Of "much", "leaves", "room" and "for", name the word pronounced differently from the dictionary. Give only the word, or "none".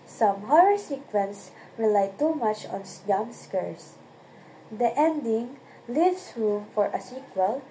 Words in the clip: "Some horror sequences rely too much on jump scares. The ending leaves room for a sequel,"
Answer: leaves